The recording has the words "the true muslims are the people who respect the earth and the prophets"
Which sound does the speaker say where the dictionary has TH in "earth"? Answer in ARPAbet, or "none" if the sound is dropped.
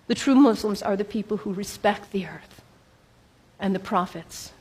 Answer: TH